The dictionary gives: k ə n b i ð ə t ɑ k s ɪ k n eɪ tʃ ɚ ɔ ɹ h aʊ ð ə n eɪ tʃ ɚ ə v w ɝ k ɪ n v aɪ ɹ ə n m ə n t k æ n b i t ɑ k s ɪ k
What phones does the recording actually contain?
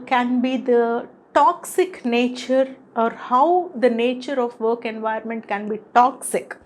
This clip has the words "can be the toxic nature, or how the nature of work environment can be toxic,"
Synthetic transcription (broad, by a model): k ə n b i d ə t ɑ k s ɪ k n eɪ tʃ ɚ ɔ ɹ h aʊ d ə n eɪ tʃ ɚ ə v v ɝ k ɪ n v aɪ ə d m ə n t k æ n b i t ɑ k s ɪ k